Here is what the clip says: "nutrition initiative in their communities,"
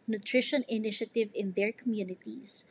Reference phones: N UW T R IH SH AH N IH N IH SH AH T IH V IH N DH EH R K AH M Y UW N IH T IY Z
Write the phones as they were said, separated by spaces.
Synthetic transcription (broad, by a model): N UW T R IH SH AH N IH N IH SH AH T IH V IH N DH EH R K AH M Y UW N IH T IY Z